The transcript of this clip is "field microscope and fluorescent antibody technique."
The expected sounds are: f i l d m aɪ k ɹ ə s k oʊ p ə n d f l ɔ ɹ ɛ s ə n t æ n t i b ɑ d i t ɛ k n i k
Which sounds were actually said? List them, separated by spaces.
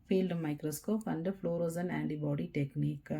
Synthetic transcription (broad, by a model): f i l d m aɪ k ɹ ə s k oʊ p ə n d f l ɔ ɹ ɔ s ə n æ n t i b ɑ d i t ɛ k n i k